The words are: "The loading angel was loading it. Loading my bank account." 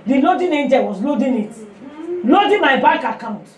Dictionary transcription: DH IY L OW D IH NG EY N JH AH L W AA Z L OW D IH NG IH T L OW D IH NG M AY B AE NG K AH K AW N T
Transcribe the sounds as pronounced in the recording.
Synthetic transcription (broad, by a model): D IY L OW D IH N EY N JH AH L W AA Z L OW D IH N IH T L OW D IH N M AY B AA K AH K AW N T